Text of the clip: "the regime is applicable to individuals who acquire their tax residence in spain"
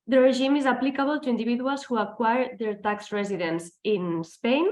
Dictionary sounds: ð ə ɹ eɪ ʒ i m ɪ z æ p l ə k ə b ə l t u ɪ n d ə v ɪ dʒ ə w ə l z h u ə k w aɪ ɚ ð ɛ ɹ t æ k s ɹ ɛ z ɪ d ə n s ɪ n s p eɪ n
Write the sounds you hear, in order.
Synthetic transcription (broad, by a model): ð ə ɹ eɪ ʒ i m ɪ z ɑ p l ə k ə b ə l t u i n d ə b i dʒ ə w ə l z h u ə k w aɪ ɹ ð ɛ ɹ t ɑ k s ɹ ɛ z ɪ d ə n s ɪ n s p eɪ n